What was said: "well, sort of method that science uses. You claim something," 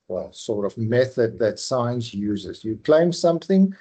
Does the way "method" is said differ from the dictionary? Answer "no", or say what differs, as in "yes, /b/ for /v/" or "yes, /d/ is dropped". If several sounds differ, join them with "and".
no